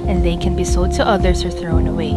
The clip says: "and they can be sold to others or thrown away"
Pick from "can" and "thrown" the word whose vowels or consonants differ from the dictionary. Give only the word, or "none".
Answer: none